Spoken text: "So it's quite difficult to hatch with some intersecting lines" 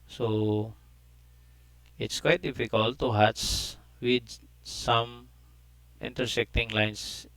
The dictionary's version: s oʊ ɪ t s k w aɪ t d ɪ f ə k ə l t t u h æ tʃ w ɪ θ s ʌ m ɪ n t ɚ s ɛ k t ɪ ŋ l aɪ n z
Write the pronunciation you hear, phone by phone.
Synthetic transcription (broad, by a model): s oʊ ɪ t s k w aɪ t d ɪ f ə k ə l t t u h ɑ s w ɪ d s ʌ m ɪ n t ɚ s ɛ k t ɪ ŋ l aɪ n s